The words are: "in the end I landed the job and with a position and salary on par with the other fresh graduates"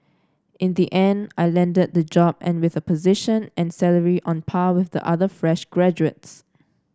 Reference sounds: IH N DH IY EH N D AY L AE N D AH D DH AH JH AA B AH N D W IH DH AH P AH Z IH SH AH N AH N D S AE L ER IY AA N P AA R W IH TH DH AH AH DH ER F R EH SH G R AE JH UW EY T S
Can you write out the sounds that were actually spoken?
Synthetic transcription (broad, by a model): IH N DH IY EH N D AY L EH N D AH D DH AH JH AA B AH N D W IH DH AH P AH Z IH SH AH N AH N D S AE L ER IY AA N P AA W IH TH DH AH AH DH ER F R EH SH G R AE JH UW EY T S